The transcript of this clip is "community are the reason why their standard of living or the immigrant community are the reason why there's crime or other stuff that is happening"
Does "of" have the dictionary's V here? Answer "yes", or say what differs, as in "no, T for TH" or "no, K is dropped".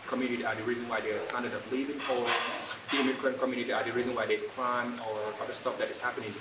no, P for V